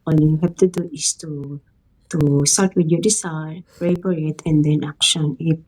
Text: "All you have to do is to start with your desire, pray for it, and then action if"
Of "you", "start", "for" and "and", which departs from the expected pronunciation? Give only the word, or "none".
for